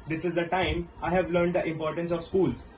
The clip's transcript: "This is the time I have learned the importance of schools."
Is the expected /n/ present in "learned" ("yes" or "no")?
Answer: yes